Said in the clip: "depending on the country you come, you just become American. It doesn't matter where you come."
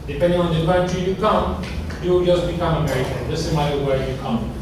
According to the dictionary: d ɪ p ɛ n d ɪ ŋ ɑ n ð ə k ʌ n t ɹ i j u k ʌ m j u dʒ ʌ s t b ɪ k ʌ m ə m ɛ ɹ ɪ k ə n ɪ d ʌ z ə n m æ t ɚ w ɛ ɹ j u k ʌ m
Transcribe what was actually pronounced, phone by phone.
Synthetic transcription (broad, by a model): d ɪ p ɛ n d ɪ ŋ ɑ n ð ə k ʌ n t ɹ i j u k ʌ m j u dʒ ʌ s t b ɪ k ʌ m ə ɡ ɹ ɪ ə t ɪ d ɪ s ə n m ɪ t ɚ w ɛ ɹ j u k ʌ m